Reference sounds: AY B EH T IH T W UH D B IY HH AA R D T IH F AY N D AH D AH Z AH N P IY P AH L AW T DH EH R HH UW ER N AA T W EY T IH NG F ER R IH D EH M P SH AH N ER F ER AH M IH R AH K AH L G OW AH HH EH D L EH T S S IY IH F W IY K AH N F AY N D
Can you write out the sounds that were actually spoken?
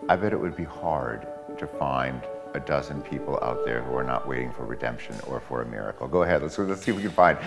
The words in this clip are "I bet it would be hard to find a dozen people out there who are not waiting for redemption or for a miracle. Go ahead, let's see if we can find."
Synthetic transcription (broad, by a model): AY B EH T IH T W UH D B IY HH AA R D T IH F AY N D AH D AH Z AH N P IY P L AW T DH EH R HH UW ER N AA T W EY T IH NG F ER R IH D EH M P SH AH N ER F ER AH M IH R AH K L G OW AH HH EH D L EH T S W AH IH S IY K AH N F AY N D